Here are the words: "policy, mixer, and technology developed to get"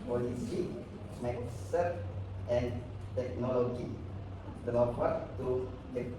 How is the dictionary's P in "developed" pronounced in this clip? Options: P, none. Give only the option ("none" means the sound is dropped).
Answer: none